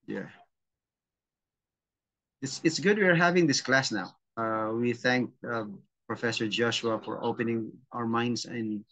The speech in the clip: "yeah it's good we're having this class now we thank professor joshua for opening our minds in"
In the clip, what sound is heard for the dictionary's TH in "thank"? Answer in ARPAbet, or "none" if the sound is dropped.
TH